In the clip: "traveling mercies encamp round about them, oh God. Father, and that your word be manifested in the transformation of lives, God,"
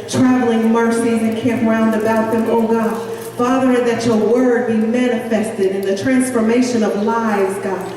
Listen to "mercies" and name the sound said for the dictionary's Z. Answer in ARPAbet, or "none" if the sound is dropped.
none